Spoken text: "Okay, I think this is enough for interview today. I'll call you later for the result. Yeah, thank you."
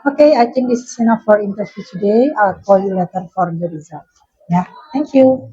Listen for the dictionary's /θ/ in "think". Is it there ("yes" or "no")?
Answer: no